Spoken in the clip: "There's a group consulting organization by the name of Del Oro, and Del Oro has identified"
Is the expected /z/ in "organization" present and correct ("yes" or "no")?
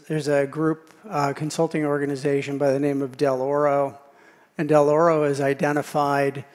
yes